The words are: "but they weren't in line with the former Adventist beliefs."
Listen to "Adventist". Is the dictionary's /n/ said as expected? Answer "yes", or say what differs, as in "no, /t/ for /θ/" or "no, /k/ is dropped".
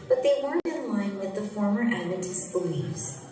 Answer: no, /n/ is dropped